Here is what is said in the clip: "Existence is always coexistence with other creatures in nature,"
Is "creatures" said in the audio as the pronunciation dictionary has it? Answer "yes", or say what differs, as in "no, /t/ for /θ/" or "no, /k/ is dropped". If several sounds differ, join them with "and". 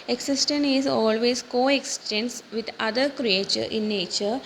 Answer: no, /z/ is dropped